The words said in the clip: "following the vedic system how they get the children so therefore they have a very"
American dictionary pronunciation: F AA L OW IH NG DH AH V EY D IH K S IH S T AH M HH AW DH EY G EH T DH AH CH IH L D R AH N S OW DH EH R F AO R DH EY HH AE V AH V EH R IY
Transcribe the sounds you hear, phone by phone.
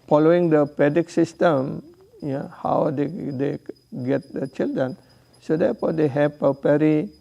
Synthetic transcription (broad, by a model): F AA L OW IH NG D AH P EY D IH K S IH S T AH M HH AW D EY G EH T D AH CH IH L D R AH N S OW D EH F AO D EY HH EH P AH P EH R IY